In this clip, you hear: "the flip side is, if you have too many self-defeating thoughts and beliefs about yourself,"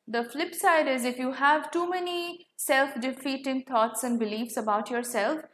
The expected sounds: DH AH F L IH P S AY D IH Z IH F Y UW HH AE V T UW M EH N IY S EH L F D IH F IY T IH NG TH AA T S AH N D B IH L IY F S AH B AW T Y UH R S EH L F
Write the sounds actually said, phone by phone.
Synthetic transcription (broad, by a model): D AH F L IH P S AY D IH Z IH F Y UW HH AE V T UW M EH N IY S EH L F D IH F IY T IH NG T AA T S AH N D B IH L IY F S AH B AW T Y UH R S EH L F